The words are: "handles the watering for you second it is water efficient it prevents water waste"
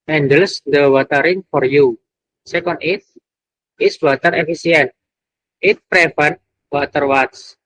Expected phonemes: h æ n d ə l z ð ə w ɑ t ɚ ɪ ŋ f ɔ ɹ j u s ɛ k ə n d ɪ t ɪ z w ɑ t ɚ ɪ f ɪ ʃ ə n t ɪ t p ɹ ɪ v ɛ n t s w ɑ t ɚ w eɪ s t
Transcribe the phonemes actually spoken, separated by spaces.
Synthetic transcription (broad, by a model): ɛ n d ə l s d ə w ɑ t ɚ ɪ ŋ f ɔ ɹ j u s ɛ k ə n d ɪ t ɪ s w ɑ t ɚ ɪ f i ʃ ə n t ɪ t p ɹ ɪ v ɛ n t w ɑ t ɚ w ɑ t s